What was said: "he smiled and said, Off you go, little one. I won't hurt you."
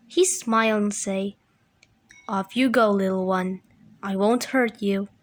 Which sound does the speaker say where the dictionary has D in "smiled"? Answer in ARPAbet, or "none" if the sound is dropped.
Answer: none